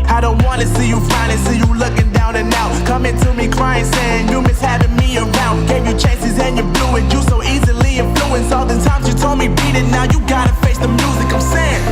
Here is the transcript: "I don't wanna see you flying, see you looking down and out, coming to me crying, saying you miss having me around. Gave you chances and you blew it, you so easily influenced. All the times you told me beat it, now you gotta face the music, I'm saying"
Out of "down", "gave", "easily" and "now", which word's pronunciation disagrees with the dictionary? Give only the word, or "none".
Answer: none